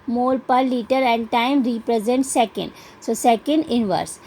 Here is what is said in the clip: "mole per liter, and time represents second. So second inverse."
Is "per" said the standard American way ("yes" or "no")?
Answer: yes